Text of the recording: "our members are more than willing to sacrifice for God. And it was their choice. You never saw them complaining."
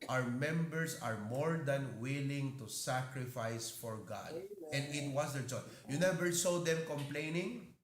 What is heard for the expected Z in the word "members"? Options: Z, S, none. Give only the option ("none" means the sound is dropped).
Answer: S